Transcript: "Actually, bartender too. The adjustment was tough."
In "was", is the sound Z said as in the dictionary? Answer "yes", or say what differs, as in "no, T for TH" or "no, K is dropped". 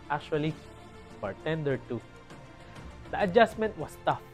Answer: no, S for Z